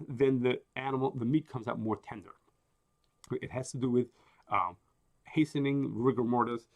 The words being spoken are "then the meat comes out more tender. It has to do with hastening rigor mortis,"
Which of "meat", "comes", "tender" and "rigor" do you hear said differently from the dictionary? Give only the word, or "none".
none